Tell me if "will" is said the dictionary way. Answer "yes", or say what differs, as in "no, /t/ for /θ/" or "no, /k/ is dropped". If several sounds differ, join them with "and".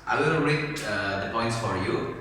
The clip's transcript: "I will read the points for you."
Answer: no, /n/ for /l/